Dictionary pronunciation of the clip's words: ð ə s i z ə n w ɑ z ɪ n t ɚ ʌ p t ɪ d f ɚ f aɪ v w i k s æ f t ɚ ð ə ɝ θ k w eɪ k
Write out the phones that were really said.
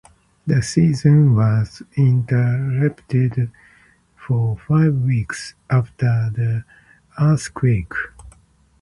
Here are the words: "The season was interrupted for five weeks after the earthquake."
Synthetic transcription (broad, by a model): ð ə s i z ə n w ɑ z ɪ n t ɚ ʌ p t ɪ d f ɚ f aɪ v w i k s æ f t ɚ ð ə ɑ s k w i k